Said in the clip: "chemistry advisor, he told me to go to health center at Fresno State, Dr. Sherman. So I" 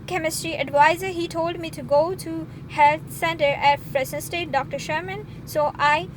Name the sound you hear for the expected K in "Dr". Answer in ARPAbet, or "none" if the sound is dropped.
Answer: K